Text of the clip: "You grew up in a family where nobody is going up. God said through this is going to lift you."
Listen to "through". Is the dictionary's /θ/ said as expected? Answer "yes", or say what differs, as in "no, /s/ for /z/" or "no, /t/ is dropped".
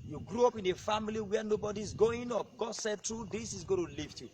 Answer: no, /t/ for /θ/